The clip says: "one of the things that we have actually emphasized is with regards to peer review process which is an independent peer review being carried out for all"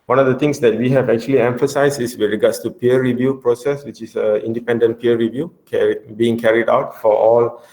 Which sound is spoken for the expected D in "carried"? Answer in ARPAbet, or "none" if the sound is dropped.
D